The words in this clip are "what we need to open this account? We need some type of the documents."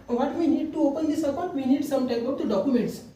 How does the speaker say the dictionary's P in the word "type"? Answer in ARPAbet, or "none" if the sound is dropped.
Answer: B